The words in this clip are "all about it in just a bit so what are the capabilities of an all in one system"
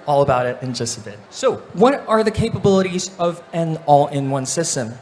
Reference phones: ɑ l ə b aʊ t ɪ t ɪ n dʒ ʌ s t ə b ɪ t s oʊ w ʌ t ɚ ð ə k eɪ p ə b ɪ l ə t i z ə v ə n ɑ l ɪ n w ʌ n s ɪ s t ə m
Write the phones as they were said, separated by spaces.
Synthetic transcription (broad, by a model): ɑ l ə b aʊ t ɪ t ɪ n dʒ ʌ s t ə b ɪ t s oʊ w ʌ t ɚ ð ə k eɪ p ə b ɪ l ə t i z ə v ə n ɑ l ɪ n w ʌ n s ɪ s t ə m